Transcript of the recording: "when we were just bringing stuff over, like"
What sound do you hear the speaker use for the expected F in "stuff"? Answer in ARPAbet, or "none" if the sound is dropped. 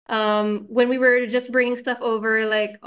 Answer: F